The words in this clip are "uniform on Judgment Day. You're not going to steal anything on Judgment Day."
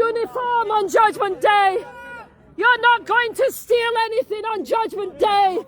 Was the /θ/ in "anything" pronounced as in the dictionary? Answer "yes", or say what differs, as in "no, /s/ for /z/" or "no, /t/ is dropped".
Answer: yes